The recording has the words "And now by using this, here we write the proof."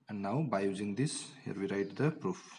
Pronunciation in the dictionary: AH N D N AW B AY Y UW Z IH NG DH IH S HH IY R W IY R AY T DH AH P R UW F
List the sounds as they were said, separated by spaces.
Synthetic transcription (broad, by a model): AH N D N AW B AY Y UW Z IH NG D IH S HH IY R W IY R AY T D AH P R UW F